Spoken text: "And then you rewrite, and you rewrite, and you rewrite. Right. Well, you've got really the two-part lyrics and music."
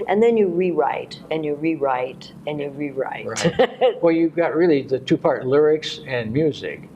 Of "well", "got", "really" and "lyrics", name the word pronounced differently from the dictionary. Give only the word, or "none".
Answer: none